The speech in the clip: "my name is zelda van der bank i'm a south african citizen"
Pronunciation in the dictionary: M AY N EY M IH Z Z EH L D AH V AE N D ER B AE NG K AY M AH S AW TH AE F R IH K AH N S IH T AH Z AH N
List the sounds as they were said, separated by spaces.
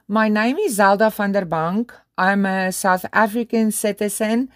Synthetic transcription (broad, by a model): M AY N EY M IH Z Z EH L D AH F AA N D ER B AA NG K AY M AH S AW TH AE F R IH K AH N S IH T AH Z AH N